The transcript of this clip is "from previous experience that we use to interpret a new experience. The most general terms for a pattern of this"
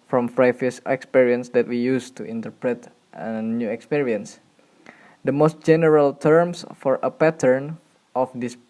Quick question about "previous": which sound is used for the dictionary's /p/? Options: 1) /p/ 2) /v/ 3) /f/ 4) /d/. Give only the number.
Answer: 3